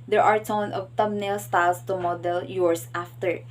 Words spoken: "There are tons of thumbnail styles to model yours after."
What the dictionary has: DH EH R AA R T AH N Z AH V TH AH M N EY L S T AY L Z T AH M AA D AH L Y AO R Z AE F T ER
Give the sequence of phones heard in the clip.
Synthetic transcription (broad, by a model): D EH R AA R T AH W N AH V T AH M N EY L S T AY L S T AH M AA D AH L Y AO R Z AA F T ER